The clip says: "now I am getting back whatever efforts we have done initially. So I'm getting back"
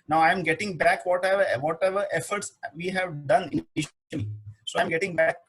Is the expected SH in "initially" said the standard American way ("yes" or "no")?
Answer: no